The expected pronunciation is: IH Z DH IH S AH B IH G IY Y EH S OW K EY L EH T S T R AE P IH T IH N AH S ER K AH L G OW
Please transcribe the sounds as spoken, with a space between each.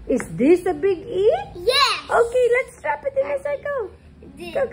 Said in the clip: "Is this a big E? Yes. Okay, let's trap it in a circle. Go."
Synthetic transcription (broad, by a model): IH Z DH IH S AH B IH G IY Y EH OW K EY L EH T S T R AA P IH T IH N AH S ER AH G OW